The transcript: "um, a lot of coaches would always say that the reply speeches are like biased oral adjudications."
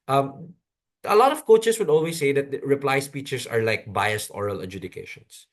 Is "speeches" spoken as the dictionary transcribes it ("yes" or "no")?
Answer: no